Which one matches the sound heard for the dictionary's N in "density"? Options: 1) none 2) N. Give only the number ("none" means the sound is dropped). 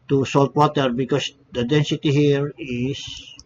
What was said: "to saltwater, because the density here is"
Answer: 2